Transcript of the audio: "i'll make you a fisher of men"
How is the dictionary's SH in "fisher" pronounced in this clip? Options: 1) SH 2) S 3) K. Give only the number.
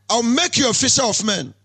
2